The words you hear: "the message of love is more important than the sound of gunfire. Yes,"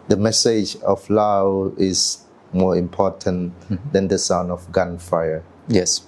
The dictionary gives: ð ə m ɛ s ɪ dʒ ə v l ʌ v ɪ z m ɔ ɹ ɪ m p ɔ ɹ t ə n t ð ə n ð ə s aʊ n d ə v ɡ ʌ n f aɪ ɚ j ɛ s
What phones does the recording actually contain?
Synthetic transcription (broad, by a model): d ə m ɛ s ɪ dʒ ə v l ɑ w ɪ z m ɔ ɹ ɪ m p ɔ t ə n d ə n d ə s aʊ n ə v ɡ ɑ n f aɪ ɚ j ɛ s